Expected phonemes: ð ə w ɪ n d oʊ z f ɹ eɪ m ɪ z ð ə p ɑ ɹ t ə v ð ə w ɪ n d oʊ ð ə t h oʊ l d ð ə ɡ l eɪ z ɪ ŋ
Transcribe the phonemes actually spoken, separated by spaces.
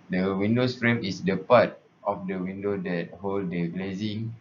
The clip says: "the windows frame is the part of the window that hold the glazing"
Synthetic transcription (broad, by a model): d ə w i n d oʊ s f ɹ eɪ m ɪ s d ə p ɑ t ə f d ə w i n d oʊ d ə t h oʊ l d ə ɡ l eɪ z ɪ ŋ